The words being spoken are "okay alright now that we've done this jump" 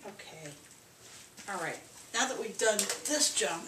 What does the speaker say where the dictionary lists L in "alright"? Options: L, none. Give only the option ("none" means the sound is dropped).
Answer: L